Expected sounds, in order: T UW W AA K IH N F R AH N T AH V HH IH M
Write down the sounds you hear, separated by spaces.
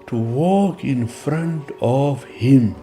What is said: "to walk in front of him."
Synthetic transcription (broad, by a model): T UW W AA K IH N F R AH N T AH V HH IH M